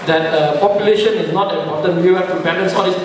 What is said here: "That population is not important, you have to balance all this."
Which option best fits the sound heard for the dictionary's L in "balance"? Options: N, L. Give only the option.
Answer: N